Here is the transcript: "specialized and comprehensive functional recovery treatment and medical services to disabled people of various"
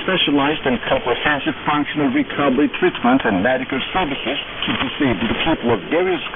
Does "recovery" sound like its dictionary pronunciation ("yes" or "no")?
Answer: no